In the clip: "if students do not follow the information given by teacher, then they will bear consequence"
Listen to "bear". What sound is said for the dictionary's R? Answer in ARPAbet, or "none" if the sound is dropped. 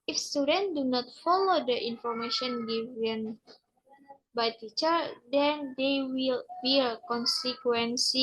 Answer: L